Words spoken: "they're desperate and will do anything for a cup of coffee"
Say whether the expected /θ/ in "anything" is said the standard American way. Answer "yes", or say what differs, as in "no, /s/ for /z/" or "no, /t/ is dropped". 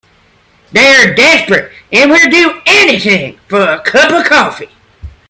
yes